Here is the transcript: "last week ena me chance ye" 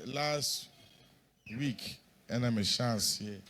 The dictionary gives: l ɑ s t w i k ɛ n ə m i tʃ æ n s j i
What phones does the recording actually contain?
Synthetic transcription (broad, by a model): l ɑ s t w i k ɛ n ə m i ʃ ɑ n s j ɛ